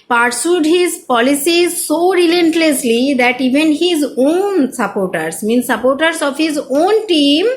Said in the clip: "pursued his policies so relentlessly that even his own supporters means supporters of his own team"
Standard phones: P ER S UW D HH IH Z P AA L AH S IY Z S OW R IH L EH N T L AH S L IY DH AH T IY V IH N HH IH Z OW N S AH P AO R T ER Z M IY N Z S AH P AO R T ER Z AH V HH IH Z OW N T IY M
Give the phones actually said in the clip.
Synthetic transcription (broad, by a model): P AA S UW D HH IH Z P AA L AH S IY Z S OW R IH L EH N T L AH S L IY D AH T IY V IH N HH IH Z OW N S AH P AO R T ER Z M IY N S S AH P AO R T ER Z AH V HH IH Z OW N T IY M